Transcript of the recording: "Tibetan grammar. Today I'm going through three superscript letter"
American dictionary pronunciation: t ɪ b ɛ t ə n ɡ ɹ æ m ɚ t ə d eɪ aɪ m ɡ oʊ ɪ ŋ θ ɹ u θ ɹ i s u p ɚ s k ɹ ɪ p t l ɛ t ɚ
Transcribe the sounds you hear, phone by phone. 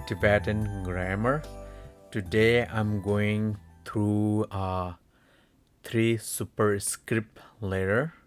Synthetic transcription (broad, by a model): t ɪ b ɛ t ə n ɡ ɹ æ m ɚ t ə d eɪ aɪ m ɡ oʊ ɪ ŋ t ɹ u t ɹ i s u p ɚ s k ɹ ɪ p t l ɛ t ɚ